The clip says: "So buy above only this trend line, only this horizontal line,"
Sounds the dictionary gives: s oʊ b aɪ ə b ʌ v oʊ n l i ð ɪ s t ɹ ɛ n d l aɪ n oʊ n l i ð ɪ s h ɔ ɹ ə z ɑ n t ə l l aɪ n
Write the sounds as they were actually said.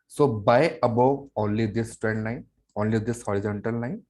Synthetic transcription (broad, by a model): s oʊ b aɪ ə b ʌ oʊ n l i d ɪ s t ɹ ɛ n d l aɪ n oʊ n l i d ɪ s h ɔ ɹ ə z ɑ n t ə l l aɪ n